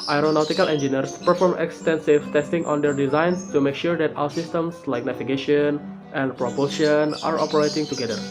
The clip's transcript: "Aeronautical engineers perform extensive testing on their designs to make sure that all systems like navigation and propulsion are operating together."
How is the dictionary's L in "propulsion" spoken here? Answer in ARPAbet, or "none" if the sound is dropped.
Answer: none